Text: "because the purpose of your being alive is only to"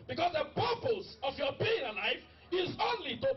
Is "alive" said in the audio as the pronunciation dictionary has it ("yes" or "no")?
no